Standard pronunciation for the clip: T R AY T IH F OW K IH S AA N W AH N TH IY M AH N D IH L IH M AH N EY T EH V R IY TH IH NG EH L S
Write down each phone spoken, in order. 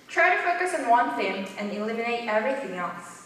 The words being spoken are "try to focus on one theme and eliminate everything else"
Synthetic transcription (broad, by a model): T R AY T IH F OW K IH S N W AH N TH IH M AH N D IH L IH M AH N EY T EH V R IY TH IH NG EH L S